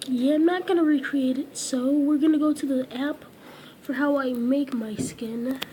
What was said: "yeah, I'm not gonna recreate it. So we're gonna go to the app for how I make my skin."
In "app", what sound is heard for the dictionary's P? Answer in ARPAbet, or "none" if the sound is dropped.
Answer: P